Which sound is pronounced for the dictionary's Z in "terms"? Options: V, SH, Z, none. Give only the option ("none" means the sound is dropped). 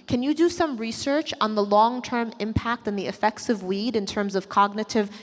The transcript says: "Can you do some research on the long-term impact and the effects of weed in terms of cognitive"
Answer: Z